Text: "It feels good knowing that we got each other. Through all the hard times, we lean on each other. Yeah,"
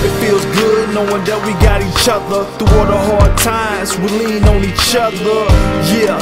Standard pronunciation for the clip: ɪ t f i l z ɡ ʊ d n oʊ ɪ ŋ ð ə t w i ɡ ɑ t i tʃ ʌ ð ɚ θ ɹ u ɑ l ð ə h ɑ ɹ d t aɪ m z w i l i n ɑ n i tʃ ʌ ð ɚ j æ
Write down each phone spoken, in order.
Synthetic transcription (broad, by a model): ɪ t f i l z ɡ ʊ d n oʊ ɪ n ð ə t w i ɡ ɑ t i tʃ ʌ ð ɚ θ u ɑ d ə h ɑ ɹ d t aɪ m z w i l i n ɑ n i tʃ ʌ ð ɚ j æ